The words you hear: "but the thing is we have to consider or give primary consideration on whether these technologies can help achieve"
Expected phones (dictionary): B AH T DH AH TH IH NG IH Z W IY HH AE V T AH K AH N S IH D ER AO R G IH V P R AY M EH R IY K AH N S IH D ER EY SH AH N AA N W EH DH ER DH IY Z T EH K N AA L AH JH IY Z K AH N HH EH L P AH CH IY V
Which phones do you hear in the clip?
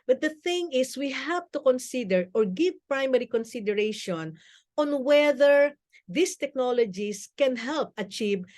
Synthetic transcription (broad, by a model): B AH T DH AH TH IH NG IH S W IY HH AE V T AH K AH N S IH D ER AO R G IH V P R AY M EH R IY K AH N S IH D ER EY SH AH N AA N W EH DH ER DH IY S T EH K N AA L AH JH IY S K AH N HH EH L P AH CH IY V